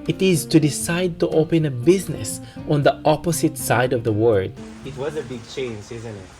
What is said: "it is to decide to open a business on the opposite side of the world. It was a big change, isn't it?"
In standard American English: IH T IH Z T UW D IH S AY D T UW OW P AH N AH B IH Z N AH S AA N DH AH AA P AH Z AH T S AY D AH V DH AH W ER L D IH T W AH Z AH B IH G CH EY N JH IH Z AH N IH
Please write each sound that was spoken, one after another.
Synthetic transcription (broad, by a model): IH T IH Z T UW D IH S AY D T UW OW P AH N AH B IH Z N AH S AA N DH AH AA P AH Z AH T S AY D AH V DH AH W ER D IH T W AH Z AH B IH G CH EY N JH IH Z AH N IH